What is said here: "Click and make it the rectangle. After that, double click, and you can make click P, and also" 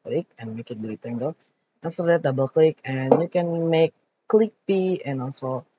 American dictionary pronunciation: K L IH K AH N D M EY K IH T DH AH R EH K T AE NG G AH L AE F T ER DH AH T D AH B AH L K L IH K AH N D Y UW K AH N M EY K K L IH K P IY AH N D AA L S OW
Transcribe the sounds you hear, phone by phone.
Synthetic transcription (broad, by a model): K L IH K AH N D M EY K IH T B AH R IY T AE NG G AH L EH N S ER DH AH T D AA B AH L K L IH K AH N Y UW K AH N M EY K K L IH K P IY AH N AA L S OW